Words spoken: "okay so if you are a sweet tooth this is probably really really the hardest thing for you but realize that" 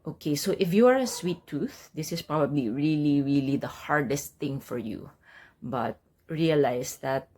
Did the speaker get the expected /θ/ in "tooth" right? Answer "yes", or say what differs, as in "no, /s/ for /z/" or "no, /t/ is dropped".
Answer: yes